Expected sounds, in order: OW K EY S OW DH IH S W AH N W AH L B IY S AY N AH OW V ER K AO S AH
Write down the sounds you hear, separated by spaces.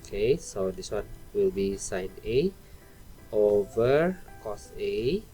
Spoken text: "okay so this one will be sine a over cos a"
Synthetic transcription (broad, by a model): K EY S OW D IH S W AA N W AH L B IY S AY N AH OW V ER K AO S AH